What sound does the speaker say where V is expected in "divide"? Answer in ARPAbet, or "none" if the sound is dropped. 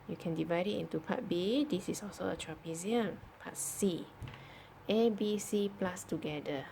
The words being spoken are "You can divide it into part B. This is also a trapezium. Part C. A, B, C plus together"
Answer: V